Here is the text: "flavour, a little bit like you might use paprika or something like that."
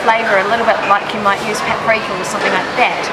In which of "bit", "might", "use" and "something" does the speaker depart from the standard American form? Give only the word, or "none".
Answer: none